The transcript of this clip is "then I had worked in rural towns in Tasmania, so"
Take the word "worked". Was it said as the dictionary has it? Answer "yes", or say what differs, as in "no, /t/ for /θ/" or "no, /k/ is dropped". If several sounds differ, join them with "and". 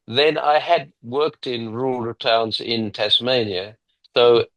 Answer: yes